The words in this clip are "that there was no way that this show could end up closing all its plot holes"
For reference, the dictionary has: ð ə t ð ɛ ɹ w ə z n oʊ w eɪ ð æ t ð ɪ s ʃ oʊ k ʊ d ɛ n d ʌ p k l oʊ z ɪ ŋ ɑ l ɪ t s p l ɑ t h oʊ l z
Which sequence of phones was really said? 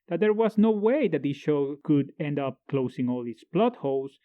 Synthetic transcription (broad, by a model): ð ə t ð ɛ ɹ w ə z n oʊ w eɪ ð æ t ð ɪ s ʃ oʊ k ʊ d ɛ n d ʌ p k l oʊ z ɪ ŋ ɑ l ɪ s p l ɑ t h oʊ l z